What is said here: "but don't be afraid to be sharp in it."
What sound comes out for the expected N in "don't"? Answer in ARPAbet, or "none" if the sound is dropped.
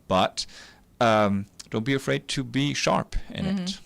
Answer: N